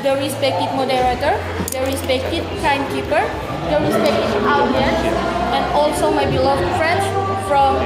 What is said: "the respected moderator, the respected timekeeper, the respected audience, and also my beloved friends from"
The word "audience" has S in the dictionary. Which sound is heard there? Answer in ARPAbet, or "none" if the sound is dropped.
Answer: none